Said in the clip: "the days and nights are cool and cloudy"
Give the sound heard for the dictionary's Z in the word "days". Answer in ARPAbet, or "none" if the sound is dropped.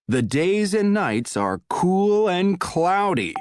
Z